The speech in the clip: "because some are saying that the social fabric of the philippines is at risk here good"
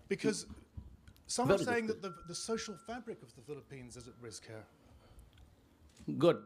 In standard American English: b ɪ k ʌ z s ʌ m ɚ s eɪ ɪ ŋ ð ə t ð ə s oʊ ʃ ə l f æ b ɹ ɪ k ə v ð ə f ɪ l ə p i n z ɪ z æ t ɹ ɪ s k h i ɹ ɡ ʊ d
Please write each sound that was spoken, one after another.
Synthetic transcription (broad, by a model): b ɪ k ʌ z s ʌ m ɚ s eɪ ɪ ŋ ð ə t ð ə s oʊ ʃ ə l f æ b ɹ ɪ k ə v ð ə f ɪ l ə p i n z ɪ z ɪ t ɹ ɪ s k h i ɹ ɡ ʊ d